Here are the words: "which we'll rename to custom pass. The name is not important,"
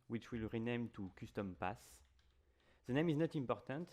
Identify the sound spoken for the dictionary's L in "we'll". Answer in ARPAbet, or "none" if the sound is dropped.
L